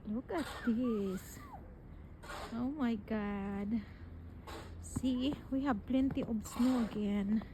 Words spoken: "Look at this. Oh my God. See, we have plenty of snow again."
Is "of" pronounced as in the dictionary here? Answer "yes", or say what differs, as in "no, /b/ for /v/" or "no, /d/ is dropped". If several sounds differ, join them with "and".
no, /b/ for /v/